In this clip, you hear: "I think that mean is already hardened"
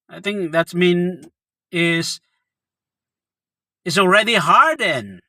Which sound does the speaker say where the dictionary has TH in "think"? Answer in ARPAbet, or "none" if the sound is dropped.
TH